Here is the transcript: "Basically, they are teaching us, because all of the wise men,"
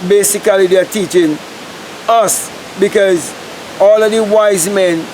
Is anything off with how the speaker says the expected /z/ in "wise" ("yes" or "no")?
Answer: no